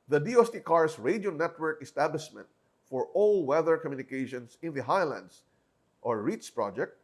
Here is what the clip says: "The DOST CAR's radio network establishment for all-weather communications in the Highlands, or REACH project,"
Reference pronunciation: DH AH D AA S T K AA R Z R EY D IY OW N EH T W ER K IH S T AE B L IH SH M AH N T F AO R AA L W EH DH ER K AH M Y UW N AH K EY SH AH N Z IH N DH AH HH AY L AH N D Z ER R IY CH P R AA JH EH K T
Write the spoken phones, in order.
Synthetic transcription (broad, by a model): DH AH D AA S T K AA R S R EY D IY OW N EH T W ER K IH S T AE B L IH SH M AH N T F AO R AA L W EH DH ER K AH M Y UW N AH K EY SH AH N S IH N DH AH HH AY L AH N D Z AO R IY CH P R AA JH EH K T